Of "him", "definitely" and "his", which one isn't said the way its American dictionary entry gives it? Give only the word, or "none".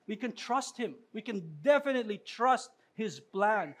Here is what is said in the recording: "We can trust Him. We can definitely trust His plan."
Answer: none